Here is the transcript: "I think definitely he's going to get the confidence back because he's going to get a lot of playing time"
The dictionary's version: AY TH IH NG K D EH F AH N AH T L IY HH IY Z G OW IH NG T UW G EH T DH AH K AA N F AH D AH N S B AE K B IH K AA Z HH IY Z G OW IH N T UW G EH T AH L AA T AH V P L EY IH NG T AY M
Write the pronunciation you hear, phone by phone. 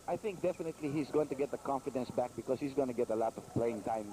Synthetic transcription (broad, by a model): AY TH IH NG K D EH F AH N AH T L IY HH IY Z G OW IH NG T UW G EH T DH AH K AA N F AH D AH N S B AE K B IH K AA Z HH IY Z G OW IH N T UW G EH T AH L AA T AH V P L EY IH NG T AY M